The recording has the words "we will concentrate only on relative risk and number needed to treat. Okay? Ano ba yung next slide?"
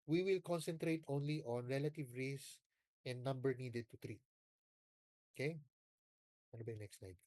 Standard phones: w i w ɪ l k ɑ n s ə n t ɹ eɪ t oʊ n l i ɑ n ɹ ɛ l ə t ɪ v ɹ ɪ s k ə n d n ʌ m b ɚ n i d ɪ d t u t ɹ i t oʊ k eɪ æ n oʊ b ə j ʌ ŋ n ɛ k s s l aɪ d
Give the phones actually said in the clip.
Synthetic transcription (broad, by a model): w i w ɪ l k ɑ n s ə n t ɹ eɪ t oʊ n l i ɑ n ɹ ɛ l ə t ɪ v ɹ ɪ s ə n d n ʌ m b ɚ n i d ɪ d t u t ɹ i t oʊ k eɪ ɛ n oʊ b ə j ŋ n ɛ k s s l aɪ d